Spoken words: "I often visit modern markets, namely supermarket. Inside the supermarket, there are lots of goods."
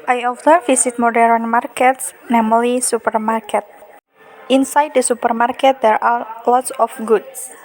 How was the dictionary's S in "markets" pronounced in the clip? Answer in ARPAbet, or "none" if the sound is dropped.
S